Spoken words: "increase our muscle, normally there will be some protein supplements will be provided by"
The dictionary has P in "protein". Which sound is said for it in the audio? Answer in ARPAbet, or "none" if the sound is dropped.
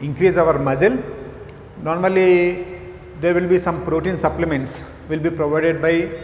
F